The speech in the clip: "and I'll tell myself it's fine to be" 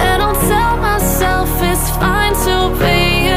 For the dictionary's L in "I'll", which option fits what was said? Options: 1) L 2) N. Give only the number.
2